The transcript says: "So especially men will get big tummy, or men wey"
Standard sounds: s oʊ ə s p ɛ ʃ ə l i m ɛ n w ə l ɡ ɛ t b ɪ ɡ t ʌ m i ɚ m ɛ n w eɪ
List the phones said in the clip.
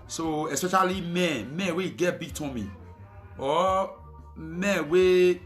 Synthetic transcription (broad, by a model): s oʊ ə s p ɛ ʃ ə l i m ɛ n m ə w ɡ ɛ t b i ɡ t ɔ m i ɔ m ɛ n w eɪ